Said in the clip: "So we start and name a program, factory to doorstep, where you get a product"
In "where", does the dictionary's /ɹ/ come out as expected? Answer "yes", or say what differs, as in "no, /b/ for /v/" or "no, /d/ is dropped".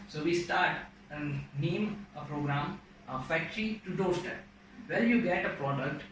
no, /l/ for /ɹ/